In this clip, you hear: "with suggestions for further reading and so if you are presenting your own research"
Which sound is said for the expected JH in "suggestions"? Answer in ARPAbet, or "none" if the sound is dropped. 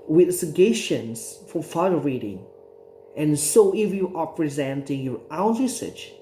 none